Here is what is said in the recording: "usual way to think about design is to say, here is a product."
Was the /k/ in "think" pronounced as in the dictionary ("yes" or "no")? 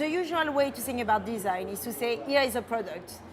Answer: no